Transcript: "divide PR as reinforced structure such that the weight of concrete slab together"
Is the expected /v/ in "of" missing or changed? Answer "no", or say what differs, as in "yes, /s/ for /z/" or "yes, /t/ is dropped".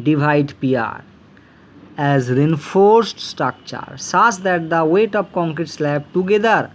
yes, /p/ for /v/